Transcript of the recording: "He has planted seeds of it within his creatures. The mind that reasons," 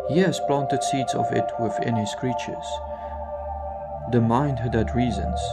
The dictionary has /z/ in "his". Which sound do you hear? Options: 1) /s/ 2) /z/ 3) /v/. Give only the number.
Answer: 1